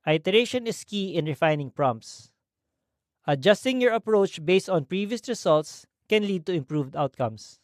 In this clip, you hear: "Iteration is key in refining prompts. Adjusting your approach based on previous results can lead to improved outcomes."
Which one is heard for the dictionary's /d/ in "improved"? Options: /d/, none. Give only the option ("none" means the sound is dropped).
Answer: /d/